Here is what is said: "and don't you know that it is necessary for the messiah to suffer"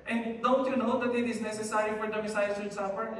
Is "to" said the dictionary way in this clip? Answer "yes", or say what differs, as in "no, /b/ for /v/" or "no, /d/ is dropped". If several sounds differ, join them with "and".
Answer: no, /s/ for /t/